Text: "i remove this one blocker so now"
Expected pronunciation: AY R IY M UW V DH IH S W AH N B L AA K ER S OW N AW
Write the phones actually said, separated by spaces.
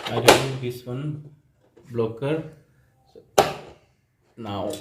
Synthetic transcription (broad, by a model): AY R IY UW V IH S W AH N B L AA K ER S N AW